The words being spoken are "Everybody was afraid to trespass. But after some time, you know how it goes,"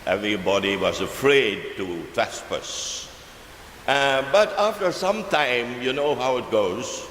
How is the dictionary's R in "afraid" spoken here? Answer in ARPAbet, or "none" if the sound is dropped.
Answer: R